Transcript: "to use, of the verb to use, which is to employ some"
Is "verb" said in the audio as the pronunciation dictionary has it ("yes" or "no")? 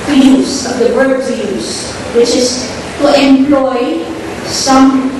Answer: no